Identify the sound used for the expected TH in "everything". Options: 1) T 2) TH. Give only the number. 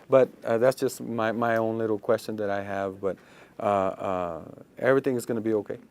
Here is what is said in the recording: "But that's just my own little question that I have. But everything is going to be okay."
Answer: 2